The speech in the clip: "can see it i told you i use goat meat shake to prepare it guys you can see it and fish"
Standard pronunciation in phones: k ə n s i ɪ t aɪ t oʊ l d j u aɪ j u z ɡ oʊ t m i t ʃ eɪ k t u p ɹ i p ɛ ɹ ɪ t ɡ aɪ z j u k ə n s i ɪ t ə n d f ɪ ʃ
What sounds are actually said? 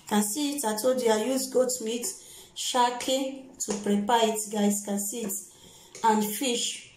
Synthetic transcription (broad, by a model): k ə n s i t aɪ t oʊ d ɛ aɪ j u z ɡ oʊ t m i t ʃ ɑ k t u p ɹ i p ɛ ɪ t ɡ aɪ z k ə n s i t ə n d f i ʃ